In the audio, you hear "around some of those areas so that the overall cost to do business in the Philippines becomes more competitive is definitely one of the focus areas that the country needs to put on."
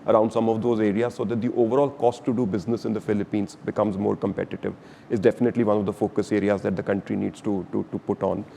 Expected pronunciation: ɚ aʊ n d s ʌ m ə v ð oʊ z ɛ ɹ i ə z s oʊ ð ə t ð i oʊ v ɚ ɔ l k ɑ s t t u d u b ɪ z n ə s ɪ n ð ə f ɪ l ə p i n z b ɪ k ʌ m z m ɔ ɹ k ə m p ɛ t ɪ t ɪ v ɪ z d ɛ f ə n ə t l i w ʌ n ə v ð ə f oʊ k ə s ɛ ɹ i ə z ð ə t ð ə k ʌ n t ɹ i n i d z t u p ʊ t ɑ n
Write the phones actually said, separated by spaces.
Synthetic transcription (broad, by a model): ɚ aʊ n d s ʌ m ə v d oʊ z ɛ ɹ i ə z s oʊ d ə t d i oʊ v ɚ ɔ l k ɑ s t t u d u b ɪ z n ə s ɪ n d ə f ɪ l ə p i n z b ɪ k ʌ m z m ɔ ɹ k ə m p ɛ t ɪ t ɪ v ɪ z d ɛ f ə n ə t l i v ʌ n ə v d ə f oʊ k ə s ɛ ɹ i ə z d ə t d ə k ʌ n t ɹ i n i d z t u p ʊ t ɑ n